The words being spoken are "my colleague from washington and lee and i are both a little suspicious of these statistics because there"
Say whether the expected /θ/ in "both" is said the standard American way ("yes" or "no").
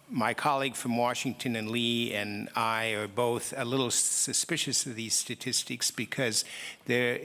yes